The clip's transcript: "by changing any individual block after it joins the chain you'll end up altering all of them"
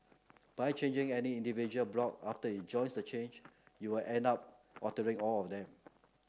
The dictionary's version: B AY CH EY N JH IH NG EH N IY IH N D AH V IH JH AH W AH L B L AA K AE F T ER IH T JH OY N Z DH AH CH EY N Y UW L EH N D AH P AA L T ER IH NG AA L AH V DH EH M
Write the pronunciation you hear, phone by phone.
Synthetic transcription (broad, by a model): B AY CH EY N JH IH NG EH N IY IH N D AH V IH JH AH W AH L B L AA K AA F T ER IH T JH OY N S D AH CH EY N Y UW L EH N D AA P AA T ER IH NG AA L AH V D EH M